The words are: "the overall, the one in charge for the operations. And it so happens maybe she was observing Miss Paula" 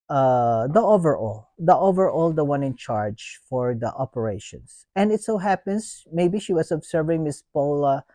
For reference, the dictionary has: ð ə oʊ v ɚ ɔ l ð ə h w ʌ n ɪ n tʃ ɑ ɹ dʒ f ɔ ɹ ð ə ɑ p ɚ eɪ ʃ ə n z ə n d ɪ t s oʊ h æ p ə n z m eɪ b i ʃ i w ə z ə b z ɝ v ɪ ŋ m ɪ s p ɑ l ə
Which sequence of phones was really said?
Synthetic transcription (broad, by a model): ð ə oʊ v ɚ ɔ l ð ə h w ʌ n ɪ n tʃ ɑ ɹ dʒ f ɔ ɹ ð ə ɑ p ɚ eɪ ʃ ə n s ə n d ɪ t s oʊ h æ p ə n s m eɪ b i ʃ i w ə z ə b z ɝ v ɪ ŋ m ɪ s p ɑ l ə